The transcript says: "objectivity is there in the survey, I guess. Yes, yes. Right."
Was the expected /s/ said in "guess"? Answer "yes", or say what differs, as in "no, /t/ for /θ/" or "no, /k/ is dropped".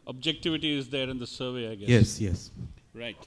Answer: no, /s/ is dropped